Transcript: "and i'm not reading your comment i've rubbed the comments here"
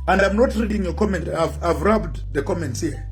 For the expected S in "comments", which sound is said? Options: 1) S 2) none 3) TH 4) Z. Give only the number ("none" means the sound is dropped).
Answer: 1